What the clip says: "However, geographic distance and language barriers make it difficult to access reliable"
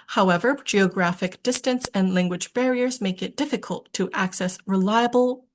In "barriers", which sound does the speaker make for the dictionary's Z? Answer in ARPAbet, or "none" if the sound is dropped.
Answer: Z